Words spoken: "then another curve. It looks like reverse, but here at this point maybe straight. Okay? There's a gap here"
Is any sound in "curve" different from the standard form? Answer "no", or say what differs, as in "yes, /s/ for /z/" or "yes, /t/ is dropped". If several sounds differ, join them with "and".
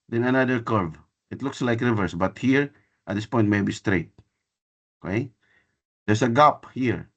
no